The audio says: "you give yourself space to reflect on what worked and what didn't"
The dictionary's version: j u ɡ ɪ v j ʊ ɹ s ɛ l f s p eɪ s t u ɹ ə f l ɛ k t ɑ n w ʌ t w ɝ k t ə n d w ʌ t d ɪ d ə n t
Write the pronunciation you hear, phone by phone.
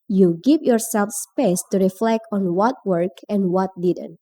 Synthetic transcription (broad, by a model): j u ɡ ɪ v j ʊ ɹ s ɛ l f s p eɪ s t u ɹ ə f l ɛ k t ɑ n w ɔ t w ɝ k ə n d w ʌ t d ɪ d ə n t